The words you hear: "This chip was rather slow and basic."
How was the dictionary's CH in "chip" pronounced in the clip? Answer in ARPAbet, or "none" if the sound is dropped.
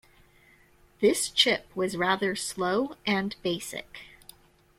CH